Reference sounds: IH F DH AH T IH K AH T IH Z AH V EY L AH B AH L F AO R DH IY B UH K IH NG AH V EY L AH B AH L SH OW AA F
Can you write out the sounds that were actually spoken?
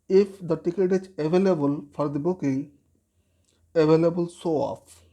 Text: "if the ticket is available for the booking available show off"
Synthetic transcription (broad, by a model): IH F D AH T IH K AH T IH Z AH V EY L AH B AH L F AO R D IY B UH K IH NG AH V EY L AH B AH L S OW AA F